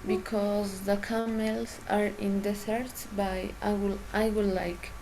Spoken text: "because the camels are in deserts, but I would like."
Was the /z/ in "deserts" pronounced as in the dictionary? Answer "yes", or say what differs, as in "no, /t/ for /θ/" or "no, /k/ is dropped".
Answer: no, /s/ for /z/